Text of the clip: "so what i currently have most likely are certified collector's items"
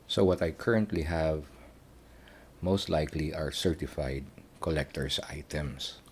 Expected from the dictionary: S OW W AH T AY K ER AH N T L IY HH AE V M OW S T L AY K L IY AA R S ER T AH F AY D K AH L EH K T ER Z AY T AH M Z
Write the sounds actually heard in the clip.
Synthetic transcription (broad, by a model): S OW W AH T AY K ER AH N T L IY HH AE V M OW S T L AY K L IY AA R S ER T AH F AY D K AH L EH K T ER S AY T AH M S